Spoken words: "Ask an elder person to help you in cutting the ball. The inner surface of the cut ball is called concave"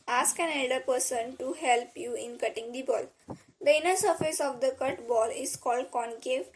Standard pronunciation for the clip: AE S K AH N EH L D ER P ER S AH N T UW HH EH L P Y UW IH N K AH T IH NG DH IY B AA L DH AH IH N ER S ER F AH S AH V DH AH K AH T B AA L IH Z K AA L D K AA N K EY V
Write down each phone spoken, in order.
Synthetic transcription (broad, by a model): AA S K AH N EH L D ER P ER S AH N T UW HH EH L P Y UW IH N K AH T IH NG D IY B AA L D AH IH N ER S ER F AH S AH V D AH K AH T B AA L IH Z K AA L D K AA N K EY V